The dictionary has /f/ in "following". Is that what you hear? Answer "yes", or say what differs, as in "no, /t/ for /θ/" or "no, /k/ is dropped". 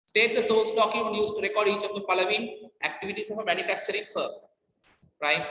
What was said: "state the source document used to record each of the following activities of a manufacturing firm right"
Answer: no, /p/ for /f/